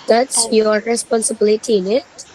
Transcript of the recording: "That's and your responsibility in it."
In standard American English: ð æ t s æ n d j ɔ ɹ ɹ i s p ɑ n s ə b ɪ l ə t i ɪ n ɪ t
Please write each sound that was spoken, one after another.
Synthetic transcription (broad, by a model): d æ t s j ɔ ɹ ɹ i s p ɑ n s ə b ɪ l ə t i ɪ n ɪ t